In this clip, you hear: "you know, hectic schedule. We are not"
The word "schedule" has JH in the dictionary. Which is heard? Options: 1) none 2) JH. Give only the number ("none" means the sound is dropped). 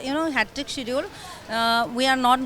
1